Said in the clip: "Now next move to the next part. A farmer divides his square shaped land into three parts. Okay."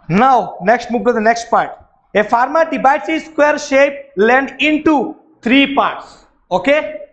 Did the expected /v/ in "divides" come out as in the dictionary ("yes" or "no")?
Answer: no